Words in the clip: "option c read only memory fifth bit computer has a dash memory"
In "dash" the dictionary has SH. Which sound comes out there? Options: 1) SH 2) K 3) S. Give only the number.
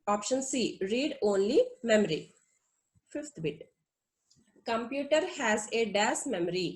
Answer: 3